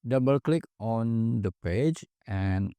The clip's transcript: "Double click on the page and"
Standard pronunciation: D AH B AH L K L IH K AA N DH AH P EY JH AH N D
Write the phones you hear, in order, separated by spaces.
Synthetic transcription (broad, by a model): D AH B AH L K L IH K AA N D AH P EY JH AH N